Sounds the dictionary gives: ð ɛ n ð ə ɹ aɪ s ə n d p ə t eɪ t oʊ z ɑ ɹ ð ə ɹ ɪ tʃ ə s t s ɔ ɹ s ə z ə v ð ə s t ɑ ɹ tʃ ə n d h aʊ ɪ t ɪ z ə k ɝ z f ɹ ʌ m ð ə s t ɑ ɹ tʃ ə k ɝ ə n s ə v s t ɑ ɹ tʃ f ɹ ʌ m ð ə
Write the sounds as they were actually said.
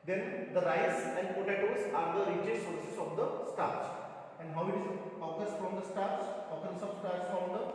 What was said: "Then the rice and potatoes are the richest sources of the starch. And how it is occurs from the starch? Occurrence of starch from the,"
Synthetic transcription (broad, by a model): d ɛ n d ə ɹ aɪ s ə n d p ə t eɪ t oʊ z ɑ ɹ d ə ɹ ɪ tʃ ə t s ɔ ɹ s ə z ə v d ə s t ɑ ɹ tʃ ə n d h aʊ ɪ t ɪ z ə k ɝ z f ɹ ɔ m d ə s t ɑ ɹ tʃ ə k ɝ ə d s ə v s t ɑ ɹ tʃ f ɹ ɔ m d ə